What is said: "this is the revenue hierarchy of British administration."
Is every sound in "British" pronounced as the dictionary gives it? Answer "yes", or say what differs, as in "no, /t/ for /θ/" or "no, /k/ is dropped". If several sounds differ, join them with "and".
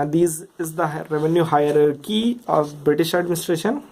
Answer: yes